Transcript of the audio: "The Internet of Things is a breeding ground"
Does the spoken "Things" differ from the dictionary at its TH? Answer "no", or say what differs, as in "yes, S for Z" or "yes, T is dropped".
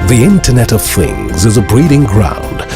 no